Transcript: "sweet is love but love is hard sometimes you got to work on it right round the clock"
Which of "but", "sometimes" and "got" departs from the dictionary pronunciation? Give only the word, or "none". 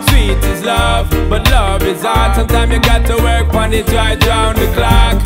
sometimes